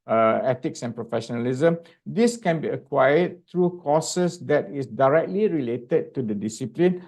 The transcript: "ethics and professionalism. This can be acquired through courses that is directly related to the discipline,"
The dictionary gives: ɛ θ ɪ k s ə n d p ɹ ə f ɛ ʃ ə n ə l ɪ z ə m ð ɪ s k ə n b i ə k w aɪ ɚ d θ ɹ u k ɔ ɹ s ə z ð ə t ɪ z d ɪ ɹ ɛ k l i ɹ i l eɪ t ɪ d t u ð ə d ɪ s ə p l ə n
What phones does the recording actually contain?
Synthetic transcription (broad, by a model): ɛ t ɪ k s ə n p ɹ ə f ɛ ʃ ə n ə l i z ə m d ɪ s k ə n b i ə k w aɪ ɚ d t ɹ u k ɔ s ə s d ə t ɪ s d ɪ ɹ ɛ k l i ɹ i l eɪ t ɪ d t u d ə d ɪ s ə p l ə n